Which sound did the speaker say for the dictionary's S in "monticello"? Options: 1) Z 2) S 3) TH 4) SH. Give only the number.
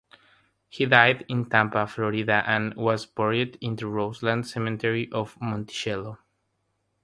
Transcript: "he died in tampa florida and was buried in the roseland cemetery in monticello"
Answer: 4